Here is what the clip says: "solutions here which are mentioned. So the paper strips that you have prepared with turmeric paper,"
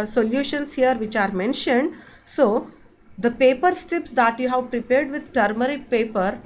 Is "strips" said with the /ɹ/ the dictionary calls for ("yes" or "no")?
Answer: no